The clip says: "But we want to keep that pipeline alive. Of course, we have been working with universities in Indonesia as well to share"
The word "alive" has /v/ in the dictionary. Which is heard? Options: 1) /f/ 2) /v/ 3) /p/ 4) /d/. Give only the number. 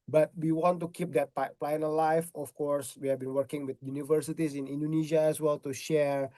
1